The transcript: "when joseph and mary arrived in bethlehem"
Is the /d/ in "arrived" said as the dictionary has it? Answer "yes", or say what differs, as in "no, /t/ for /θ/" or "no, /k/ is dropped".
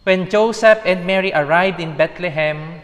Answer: yes